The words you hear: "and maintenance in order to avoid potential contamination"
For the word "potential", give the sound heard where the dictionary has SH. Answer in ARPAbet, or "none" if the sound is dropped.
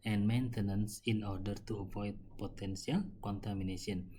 S